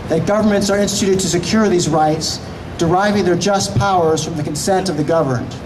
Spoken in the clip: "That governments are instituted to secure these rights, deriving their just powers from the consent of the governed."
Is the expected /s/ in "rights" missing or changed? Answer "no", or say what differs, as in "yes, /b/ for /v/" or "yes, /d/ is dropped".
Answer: no